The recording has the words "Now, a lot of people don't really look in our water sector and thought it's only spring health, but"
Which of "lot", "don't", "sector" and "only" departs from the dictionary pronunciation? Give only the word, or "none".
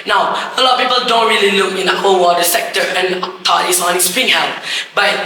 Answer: only